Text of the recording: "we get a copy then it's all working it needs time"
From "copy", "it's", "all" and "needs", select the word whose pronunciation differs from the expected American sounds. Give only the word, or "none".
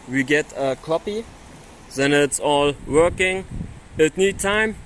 needs